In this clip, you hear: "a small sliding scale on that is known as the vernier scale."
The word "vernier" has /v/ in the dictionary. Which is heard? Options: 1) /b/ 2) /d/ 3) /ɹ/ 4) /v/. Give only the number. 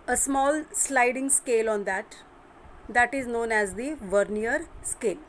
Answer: 4